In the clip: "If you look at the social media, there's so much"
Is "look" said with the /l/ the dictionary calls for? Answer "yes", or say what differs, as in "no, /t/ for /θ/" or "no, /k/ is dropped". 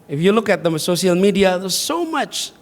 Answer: yes